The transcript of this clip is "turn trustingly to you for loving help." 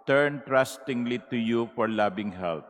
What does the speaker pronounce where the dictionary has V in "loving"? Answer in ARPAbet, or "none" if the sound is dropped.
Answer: B